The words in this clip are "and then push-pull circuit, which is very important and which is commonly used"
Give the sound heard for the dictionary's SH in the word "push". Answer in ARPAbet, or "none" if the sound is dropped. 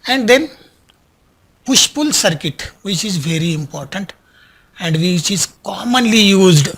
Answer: SH